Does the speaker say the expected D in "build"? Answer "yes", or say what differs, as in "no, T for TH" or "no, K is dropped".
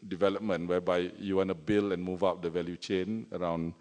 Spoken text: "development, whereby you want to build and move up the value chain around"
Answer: no, D is dropped